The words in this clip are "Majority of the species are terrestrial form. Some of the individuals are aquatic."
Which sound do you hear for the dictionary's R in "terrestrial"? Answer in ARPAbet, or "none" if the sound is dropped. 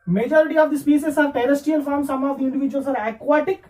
none